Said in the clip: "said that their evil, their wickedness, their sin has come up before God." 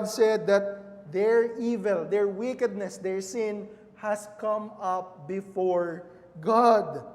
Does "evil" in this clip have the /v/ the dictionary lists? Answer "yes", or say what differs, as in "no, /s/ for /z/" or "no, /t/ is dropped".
yes